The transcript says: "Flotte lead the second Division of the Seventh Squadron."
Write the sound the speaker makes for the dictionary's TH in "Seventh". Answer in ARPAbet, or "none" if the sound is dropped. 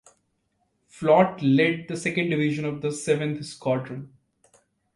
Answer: T